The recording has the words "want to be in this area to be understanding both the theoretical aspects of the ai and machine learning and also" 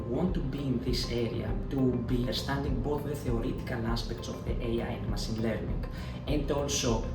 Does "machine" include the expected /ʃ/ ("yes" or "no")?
no